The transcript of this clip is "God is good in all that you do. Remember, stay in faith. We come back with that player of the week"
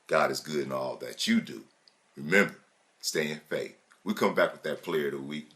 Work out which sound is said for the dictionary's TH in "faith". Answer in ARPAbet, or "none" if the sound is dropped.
TH